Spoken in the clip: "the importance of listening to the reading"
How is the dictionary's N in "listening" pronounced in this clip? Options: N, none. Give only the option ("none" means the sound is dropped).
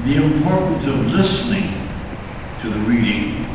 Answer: N